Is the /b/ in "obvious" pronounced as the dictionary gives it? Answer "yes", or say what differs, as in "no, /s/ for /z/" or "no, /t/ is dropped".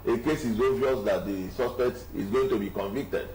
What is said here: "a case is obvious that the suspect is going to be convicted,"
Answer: no, /b/ is dropped